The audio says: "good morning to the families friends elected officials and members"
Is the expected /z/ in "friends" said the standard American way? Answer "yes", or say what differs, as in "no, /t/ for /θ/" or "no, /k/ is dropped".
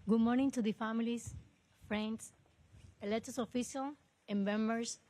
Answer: no, /s/ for /z/